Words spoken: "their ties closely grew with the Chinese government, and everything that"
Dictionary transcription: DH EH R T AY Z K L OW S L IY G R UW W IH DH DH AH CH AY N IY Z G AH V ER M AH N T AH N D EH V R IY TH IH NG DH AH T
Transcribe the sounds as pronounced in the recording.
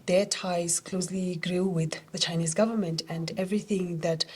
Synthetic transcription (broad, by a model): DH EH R T AY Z K L OW S L IY G R UW W IH DH DH AH CH AY N IY Z G AH V ER M AH N T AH N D EH V R IY TH IH NG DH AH T